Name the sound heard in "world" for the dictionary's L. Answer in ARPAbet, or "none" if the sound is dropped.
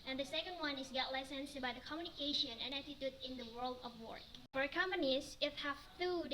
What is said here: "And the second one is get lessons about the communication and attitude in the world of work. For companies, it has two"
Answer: L